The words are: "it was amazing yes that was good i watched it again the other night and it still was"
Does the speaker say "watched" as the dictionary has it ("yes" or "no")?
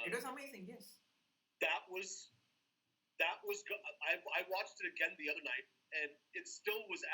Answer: yes